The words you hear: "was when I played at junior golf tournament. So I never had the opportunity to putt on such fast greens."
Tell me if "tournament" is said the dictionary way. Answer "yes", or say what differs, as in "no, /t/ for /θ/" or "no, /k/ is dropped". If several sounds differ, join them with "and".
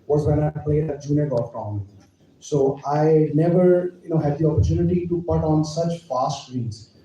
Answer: no, /m/ is dropped